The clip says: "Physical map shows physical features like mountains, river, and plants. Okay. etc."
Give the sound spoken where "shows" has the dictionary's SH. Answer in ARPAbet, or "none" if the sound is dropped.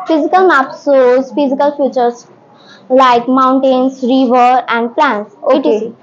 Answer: S